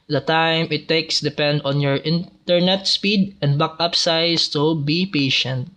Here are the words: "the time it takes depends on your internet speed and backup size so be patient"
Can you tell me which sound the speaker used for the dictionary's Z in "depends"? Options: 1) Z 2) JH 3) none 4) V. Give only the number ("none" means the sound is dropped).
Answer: 3